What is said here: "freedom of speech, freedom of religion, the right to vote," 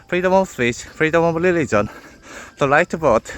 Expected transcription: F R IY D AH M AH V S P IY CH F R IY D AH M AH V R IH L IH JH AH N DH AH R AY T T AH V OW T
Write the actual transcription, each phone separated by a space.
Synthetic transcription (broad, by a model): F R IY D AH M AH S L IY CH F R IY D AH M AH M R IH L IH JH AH N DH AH L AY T T AH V OW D